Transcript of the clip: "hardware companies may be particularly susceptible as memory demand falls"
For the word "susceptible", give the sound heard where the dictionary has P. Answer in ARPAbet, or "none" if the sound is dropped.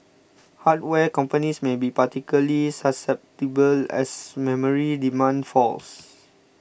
P